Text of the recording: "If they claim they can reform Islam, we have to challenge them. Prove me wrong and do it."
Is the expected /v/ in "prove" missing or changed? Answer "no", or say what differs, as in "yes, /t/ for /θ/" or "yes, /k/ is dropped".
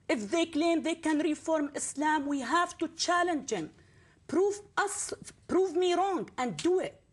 no